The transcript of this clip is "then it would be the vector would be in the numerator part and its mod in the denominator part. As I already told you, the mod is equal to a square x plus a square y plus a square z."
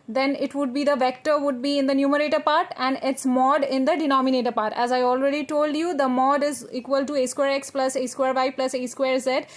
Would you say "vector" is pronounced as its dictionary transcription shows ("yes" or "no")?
yes